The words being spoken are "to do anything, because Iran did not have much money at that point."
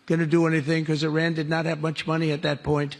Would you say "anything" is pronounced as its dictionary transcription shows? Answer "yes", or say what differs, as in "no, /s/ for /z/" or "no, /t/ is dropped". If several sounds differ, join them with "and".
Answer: yes